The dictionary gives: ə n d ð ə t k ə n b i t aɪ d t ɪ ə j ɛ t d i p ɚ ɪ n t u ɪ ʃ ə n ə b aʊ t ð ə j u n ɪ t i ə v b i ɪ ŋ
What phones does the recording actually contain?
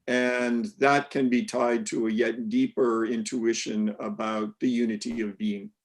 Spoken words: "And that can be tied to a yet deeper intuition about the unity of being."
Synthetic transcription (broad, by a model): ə n ð ə t k ə n b i t aɪ d t ɪ ə j ɛ t d i p ɚ ɪ n t u ɪ ʃ ə n ə b aʊ t ð ə j u n ɪ t i ə v b i ɪ ŋ